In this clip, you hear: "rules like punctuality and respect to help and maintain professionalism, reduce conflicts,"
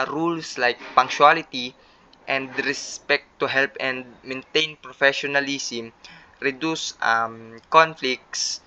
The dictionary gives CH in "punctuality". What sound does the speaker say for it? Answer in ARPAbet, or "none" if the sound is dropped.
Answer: SH